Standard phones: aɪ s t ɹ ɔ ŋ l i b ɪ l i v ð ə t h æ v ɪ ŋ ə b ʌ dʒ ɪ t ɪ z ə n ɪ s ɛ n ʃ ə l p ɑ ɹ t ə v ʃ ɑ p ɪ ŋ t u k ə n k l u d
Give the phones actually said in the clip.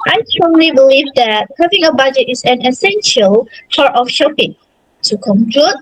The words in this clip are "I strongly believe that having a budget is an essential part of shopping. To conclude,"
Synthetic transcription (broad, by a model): aɪ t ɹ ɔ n l i b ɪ l i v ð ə t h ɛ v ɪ ŋ ə b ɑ dʒ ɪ t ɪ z ə n ɪ s ɛ n ʃ ə l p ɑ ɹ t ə f ʃ ɑ p ɪ ŋ t u k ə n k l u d